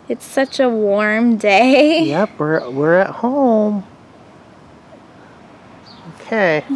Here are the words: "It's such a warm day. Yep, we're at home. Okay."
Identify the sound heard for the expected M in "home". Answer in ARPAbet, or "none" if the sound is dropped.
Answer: M